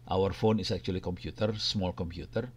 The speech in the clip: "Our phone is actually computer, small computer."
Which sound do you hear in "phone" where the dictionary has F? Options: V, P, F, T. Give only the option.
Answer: F